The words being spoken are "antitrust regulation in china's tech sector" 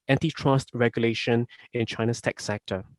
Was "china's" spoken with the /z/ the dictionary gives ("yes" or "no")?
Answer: no